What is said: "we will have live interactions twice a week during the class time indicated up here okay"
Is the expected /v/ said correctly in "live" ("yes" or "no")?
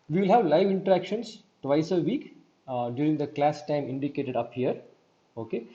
yes